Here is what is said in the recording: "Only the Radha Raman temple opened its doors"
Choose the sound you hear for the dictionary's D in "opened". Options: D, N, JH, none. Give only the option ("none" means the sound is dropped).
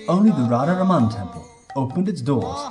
D